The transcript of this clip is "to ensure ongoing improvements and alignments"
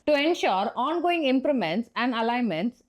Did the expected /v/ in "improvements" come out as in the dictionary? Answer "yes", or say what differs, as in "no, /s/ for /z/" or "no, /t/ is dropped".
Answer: no, /v/ is dropped